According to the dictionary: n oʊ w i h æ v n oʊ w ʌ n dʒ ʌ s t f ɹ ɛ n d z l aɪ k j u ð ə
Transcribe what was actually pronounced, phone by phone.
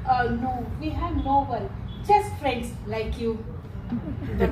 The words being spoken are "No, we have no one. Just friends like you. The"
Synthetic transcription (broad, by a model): n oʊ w i h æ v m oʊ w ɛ l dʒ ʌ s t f ɹ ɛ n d s l aɪ k j u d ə